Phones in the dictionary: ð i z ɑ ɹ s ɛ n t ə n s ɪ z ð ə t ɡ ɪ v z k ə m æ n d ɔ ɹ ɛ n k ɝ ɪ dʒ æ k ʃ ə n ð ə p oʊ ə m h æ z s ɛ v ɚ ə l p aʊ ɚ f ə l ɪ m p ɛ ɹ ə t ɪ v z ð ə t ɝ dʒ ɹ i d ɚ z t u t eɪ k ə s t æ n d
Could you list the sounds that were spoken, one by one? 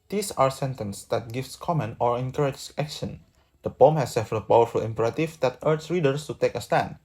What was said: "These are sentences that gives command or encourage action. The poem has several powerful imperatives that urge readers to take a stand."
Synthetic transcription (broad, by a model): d i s ɑ ɹ s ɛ n t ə n s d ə t ɡ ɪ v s k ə m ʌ n ɔ ɹ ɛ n k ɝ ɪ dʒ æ k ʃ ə n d ə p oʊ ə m h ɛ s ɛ f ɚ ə p aʊ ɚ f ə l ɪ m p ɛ ɹ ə t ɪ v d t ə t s ɹ i d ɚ s t u t eɪ k ə s t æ n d